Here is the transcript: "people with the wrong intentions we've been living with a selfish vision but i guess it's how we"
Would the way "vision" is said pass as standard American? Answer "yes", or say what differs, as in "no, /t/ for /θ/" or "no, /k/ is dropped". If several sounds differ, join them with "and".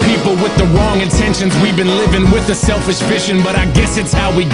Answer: no, /f/ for /v/ and /ʃ/ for /ʒ/